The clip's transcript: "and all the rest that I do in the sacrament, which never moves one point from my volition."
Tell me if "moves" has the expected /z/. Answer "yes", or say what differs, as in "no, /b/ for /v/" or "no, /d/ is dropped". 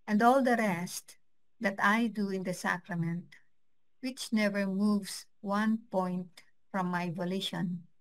no, /s/ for /z/